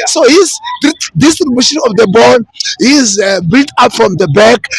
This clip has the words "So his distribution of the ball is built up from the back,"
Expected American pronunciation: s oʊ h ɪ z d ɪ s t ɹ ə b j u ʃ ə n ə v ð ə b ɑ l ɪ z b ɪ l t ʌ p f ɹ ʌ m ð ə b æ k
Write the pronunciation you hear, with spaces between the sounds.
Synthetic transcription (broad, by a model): s oʊ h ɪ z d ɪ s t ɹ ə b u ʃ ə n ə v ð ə b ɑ n ɪ z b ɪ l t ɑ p f ɹ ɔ m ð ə b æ k